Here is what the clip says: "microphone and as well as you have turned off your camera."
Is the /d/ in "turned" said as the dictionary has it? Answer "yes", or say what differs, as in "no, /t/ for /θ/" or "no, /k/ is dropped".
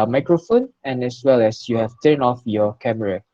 no, /d/ is dropped